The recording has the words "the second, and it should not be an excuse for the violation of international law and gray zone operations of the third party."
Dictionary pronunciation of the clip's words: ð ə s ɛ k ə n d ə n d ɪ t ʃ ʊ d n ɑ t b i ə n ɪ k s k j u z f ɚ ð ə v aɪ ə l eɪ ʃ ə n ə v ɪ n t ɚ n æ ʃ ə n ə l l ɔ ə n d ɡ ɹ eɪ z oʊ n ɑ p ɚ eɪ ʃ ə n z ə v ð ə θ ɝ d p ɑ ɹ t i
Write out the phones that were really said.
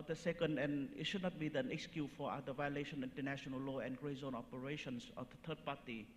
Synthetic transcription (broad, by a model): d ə s ɛ k ə n d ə n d ɪ t ʃ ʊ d n ɑ t b i ə n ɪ k s k j u f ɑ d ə v aɪ ə l eɪ ʃ ə n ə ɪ n t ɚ n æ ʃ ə n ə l l ɔ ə n ɡ ɹ eɪ z oʊ n ɑ p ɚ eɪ ʃ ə n s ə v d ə t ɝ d p ɑ t i